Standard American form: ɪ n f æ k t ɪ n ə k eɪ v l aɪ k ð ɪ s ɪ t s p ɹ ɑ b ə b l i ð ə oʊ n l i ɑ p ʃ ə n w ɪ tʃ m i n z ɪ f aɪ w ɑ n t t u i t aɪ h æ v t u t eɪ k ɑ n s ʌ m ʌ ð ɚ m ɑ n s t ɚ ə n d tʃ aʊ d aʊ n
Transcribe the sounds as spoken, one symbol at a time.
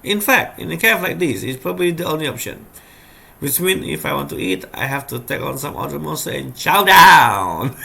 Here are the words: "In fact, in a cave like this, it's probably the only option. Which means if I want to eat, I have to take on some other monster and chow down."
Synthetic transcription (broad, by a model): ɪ n f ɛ k t ɪ n ə k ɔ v l aɪ k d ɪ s ɪ t s p ɹ ɑ b ə b l i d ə oʊ n l i ɑ p ʃ ə n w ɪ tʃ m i n ɪ f aɪ w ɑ n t t u i t aɪ h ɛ f t u t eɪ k ɑ n s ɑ m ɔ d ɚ m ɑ s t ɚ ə n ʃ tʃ aʊ d aʊ n